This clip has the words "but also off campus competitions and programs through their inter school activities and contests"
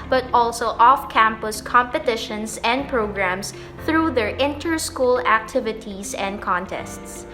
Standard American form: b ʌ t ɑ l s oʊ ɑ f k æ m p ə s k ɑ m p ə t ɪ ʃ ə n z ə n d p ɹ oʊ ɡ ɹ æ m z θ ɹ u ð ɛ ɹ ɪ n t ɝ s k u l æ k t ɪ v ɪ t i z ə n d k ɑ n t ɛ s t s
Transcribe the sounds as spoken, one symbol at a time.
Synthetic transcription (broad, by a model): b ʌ t ɑ l s oʊ ɑ f k æ m p ə s k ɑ m p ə t ɪ ʃ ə n s ə n d p ɹ oʊ ɡ ɹ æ m s θ ɹ u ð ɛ ɹ ɪ n t ɝ s k u l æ k t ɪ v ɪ t i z ə n d k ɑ n t ɛ s t s